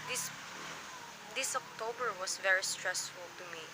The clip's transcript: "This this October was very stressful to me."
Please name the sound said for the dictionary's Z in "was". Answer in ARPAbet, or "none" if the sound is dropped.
S